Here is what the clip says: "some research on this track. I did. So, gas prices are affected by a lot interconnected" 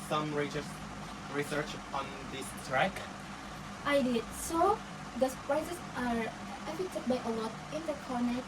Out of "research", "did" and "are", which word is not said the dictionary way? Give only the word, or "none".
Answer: none